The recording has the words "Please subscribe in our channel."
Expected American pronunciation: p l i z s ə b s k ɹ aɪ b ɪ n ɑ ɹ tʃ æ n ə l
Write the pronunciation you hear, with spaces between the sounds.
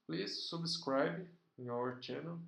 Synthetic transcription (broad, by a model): p l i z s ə b s k ɹ aɪ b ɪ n ɑ ɹ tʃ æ n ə l